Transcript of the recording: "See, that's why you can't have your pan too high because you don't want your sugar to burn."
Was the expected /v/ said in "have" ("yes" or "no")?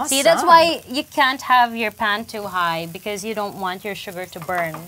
yes